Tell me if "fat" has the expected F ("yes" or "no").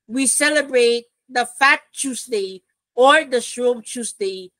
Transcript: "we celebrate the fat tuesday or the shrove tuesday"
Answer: yes